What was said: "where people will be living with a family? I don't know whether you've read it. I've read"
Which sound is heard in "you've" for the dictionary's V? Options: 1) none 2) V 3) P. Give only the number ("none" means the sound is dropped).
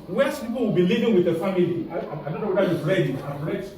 3